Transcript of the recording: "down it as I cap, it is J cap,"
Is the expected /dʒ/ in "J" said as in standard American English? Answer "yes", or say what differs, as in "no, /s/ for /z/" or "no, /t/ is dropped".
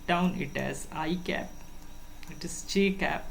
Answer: no, /tʃ/ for /dʒ/